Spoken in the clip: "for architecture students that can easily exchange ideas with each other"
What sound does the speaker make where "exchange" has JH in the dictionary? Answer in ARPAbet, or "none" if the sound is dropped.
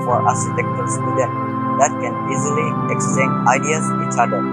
none